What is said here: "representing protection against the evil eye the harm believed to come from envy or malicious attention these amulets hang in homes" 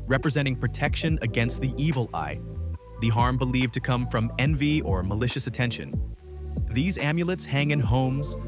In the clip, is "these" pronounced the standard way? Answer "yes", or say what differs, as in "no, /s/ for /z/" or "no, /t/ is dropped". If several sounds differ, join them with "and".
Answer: yes